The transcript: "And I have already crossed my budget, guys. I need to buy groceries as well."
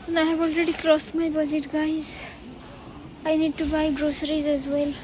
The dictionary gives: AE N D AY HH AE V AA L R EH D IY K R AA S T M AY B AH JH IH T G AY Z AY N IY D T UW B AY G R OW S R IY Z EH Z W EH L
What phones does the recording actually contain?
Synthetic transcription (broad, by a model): N AY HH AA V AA L R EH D IY K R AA S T M AY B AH Z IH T G AY Z AY N IY D T UW B AY G R OW S R IY Z EH Z W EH L